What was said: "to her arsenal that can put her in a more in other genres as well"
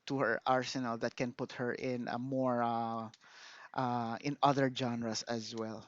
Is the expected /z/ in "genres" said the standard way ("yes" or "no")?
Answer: no